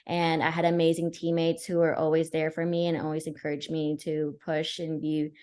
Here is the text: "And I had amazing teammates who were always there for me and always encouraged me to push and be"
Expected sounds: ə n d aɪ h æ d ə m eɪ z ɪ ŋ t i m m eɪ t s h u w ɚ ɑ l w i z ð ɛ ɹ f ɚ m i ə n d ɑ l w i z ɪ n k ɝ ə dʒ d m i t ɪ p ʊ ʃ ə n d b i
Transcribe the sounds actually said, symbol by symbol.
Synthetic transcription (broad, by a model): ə n aɪ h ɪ d ə m eɪ z ɪ ŋ t i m m eɪ t s h u w ɚ ɑ l w i z ð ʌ ɹ f ɚ m i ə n ɑ l w i z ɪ n k ɝ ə dʒ m i t ɪ p ʊ ʃ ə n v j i